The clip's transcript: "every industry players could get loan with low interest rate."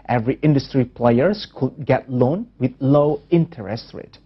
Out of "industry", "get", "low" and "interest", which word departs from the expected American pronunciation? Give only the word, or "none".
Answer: none